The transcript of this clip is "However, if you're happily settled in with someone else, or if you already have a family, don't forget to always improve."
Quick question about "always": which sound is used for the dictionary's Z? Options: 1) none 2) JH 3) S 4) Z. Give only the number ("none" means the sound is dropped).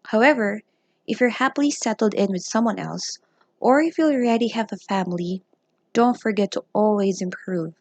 4